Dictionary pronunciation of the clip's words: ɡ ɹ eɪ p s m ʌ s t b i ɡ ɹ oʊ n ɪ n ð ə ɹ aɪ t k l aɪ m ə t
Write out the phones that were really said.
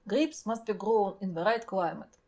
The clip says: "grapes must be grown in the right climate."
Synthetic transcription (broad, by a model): ɡ ɹ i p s m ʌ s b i ɡ ɹ oʊ n ɪ n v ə ɹ aɪ t k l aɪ m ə t